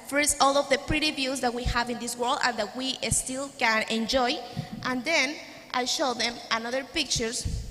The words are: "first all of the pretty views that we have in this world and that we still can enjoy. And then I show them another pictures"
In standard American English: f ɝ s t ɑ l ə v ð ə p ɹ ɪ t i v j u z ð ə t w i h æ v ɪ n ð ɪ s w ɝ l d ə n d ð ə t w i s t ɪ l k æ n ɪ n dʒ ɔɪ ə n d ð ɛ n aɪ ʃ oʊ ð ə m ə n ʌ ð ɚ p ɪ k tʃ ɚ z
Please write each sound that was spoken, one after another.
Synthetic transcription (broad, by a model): f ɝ s t ɑ l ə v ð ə p ɹ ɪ t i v j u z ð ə t w i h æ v ɪ n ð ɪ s w ɝ l d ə n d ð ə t w i s t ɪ l k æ n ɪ n dʒ ɔɪ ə n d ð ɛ n aɪ ʃ oʊ ð ə m ə n ʌ ð ɚ p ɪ k tʃ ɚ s